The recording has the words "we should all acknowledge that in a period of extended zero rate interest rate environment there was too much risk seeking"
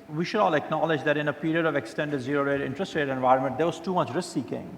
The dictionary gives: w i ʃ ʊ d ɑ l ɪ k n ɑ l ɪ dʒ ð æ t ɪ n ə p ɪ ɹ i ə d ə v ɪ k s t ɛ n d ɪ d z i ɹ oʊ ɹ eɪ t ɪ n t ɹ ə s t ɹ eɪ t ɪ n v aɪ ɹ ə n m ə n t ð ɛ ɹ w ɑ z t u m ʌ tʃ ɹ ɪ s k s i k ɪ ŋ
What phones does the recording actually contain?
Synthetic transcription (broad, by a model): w i ʃ ʊ d ɑ l ɪ k n ɑ l ɪ dʒ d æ t ɪ n ə p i ɹ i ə d ə v ɪ k s t ɛ n d ɪ d z i ɹ oʊ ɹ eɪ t ɪ n t ɹ ə s t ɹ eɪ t ɪ n v aɪ ɹ ə n m ə n t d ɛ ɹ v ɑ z t u m ʌ tʃ ɹ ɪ s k s i k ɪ ŋ